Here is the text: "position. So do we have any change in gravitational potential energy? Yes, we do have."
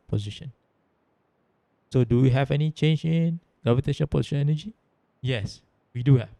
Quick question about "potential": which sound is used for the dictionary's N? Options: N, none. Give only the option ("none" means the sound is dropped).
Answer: none